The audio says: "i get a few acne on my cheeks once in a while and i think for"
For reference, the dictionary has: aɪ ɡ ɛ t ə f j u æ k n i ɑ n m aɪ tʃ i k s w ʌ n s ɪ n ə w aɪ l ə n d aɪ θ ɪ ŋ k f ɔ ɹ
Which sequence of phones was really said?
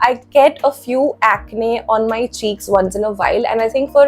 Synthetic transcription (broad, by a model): aɪ ɡ ɛ t ə f j u æ k n i ɑ n m aɪ tʃ i k s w ʌ n s ɪ n ə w aɪ l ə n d aɪ t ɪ ŋ k f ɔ ɹ